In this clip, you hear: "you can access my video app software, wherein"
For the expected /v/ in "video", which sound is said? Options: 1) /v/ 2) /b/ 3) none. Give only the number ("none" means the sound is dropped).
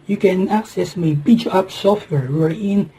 2